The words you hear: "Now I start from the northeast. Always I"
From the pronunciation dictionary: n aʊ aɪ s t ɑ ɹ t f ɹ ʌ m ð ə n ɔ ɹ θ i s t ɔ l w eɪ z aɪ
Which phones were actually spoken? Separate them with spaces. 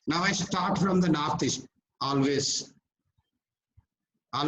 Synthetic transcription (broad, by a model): n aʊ aɪ s t ɑ ɹ t f ɹ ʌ m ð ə n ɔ ɹ t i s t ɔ l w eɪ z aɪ